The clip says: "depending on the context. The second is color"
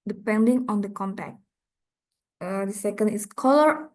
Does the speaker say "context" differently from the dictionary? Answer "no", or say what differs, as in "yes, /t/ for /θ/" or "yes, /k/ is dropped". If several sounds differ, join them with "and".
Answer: yes, /s/ is dropped